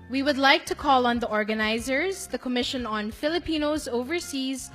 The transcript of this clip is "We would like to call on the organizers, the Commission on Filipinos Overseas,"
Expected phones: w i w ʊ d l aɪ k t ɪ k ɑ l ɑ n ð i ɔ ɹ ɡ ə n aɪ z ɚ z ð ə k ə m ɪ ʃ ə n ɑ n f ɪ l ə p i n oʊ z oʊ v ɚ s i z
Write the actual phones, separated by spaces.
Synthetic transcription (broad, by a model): w i w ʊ d l aɪ k t ɪ k ɑ l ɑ n ð i ɔ ɹ ɡ ə n aɪ z ɚ z ð ə k ə m ɪ ʃ ə n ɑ n f ɪ l ə p i n oʊ z oʊ v ɚ s i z